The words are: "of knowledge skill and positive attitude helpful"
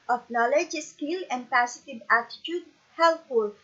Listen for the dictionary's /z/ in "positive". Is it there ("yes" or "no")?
no